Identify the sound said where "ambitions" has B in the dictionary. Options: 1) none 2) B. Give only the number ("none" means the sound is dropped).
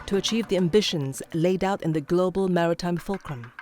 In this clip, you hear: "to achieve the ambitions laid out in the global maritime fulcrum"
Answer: 2